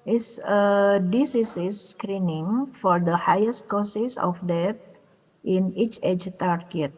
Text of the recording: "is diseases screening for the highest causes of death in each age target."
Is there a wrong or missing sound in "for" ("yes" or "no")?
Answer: no